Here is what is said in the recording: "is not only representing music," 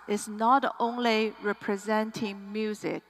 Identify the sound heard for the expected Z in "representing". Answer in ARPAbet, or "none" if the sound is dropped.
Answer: Z